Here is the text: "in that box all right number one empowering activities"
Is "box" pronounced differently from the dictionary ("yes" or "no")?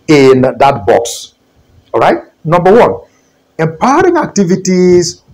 no